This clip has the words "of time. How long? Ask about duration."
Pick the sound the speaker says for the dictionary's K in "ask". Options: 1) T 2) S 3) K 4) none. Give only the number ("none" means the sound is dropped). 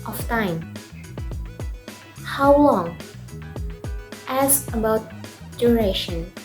4